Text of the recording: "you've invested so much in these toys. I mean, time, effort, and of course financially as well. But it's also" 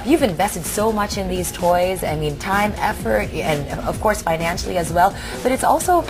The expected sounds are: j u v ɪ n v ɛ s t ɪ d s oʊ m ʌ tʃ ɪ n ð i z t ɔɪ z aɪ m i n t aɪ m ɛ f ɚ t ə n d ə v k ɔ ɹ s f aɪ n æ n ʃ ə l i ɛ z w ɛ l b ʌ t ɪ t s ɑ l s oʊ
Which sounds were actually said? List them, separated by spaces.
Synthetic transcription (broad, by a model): j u v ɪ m v ɛ s t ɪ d s oʊ m ʌ tʃ ɪ n ð i z t ɔɪ z aɪ m i n t aɪ m ɛ f ɚ t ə n ə v k ɔ ɹ s f aɪ n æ n ʃ l i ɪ z w ɛ l b ʌ t ɪ t s ɑ l s oʊ